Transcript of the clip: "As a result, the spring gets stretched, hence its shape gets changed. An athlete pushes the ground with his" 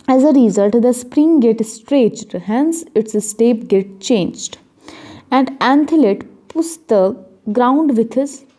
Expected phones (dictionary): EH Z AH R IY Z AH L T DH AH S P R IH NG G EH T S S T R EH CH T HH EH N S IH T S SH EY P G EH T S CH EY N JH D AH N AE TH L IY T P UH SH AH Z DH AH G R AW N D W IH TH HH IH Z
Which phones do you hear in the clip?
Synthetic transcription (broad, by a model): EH Z AH R IY Z AH L T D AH S P R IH NG G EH T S S T R EH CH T HH EH N S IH T S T EY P G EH T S CH EY N JH D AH N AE T L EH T P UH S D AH G R AW N D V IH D HH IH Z